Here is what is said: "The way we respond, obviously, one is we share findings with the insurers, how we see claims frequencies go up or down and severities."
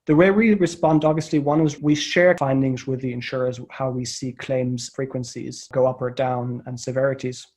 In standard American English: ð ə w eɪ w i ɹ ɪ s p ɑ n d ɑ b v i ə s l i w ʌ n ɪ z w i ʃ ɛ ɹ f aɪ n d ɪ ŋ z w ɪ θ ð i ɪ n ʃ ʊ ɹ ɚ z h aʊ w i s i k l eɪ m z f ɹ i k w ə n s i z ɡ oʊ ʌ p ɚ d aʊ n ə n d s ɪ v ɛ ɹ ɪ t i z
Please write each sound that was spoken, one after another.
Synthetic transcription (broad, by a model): ð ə w eɪ w i ɹ ɪ s p ɑ n d ɑ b v i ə s l i w ʌ n ɪ z w i ʃ ɛ ɹ f aɪ n d ɪ ŋ z w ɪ ð i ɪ n ʃ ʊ ɹ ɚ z h aʊ w i s i k l eɪ m z f ɹ i k w ə n s i z ɡ oʊ ʌ p ɚ d aʊ n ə n s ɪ v ɛ ɹ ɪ t i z